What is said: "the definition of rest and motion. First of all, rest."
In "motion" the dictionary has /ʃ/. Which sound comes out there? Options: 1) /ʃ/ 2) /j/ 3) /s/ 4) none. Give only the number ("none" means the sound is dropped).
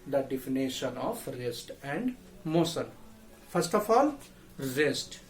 3